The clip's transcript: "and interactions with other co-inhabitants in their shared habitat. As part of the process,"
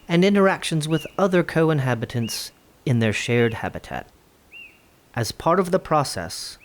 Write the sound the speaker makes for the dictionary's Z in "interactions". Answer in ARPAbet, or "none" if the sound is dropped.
Z